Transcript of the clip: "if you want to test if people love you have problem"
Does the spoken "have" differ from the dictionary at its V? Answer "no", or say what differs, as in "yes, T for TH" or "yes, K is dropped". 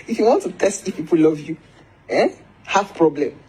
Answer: yes, F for V